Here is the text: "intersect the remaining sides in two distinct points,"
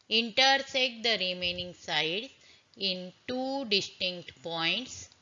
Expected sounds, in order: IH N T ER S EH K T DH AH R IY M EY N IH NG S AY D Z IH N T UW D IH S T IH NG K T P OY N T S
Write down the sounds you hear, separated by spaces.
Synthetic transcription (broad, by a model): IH N T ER S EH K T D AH R IY M EY N IH NG S AY D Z IH N T UW D IH S T IH NG K T P OY N T S